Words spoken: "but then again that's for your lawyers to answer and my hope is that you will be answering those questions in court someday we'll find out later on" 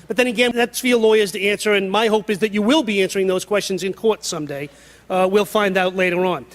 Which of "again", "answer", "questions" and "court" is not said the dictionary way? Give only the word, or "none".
none